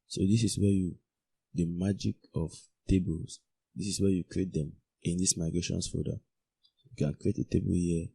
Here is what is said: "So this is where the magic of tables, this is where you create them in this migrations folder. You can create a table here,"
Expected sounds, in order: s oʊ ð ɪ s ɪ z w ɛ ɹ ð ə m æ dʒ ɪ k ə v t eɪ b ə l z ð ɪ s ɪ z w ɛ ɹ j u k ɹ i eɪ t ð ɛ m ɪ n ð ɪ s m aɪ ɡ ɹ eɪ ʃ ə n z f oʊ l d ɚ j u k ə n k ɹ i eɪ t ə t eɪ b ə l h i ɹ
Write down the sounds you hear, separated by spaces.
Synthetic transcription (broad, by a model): s oʊ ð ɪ s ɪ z w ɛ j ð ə m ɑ dʒ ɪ k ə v t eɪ b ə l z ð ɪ s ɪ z w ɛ j u k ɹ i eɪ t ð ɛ m ɪ n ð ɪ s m aɪ ɡ ɹ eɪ ʃ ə n s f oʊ d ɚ j u k ə n k ɹ i eɪ t ə t eɪ b ə l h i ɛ